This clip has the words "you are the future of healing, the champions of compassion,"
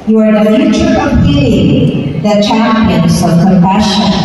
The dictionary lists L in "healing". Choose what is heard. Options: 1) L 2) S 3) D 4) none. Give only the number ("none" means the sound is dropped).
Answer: 4